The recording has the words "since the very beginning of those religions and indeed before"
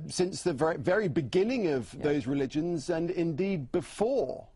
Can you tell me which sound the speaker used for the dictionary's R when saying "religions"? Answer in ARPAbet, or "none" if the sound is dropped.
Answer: R